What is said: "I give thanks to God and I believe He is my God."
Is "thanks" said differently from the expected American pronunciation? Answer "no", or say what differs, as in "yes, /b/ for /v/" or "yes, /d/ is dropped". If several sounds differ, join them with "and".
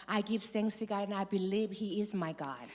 yes, /s/ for /θ/